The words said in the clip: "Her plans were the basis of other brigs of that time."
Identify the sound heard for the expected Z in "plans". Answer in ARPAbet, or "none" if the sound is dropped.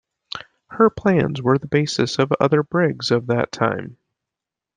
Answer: Z